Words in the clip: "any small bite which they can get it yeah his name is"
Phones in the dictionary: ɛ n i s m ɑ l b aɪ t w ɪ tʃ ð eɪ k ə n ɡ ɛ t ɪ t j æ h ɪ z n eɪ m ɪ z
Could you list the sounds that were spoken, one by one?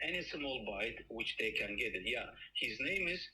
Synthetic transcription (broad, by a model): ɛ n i s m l b aɪ t w ɪ tʃ ð eɪ k ə n ɡ ɛ t ɪ t j æ h ɪ z n eɪ m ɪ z